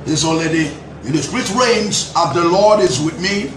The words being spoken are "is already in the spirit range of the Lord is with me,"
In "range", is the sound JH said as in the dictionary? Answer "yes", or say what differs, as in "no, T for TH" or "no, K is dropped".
no, Z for JH